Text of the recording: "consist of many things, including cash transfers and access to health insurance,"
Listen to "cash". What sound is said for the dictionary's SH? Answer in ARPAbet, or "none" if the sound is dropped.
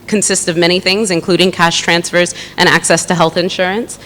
SH